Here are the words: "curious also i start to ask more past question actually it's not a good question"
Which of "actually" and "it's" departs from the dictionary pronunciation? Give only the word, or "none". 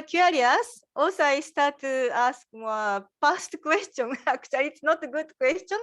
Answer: actually